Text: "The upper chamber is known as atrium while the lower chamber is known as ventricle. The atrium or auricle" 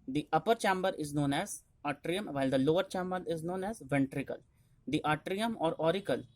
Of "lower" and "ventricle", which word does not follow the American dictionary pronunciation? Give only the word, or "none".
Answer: none